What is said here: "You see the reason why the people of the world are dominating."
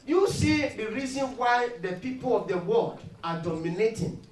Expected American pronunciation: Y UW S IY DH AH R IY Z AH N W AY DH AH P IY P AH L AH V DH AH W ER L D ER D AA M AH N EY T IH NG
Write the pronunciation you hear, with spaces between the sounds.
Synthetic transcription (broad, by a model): Y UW S IY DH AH R IY Z AH N W AY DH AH P IY P AH L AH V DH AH W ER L D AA D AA M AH N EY T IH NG